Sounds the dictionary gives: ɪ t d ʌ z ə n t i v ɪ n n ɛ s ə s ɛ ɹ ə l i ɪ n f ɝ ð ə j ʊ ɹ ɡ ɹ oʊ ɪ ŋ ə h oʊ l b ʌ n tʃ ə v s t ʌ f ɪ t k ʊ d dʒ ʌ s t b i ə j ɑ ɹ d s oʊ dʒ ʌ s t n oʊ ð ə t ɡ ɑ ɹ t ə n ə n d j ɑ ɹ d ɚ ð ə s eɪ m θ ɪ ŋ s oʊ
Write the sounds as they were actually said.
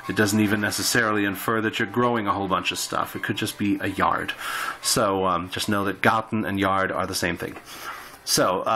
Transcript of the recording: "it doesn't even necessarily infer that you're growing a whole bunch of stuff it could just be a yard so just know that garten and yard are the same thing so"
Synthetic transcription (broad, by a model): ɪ t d ʌ z n t i v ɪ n n ɛ s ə s ɛ ɹ l i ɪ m f ɝ ð ə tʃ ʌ ɹ ɡ ɹ oʊ ɪ ŋ ə h oʊ l b ʌ n tʃ ə v s t ʌ f ɪ t k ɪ d dʒ ʌ s b i ə j ɑ ɹ d s oʊ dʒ ʌ s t n oʊ ð ə t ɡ ɑ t n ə n j ɑ ɹ d ɚ ð ə s eɪ m θ ɪ ŋ s oʊ